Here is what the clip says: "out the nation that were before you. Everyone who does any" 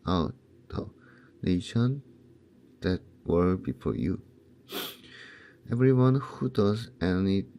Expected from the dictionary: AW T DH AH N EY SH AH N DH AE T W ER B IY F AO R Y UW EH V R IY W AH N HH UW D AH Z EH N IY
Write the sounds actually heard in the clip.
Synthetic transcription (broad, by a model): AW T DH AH N EY SH AH N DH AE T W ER B IY F AO R Y UW EH V R IY W AH N HH UW D AH Z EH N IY